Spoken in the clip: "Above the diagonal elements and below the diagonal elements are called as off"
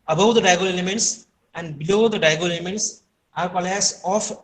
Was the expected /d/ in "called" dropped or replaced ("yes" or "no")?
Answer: yes